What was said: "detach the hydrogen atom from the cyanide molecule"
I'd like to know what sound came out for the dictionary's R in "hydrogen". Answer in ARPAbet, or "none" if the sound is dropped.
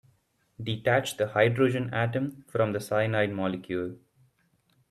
R